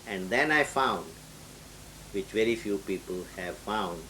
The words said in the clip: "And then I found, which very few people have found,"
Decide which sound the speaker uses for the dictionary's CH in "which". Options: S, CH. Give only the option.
CH